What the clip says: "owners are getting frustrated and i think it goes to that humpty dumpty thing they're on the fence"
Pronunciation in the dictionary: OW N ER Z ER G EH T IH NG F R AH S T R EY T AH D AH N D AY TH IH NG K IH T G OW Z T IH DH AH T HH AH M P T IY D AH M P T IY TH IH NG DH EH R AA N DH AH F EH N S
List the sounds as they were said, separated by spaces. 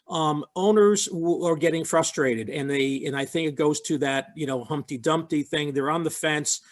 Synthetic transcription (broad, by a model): OW N ER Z ER G EH T IH NG F R AH S T R EY T AH D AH N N AY TH IH NG K IH T G OW Z T IH DH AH T HH AH M P T IY D AH M P T IY TH IH NG DH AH R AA N DH AH F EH N S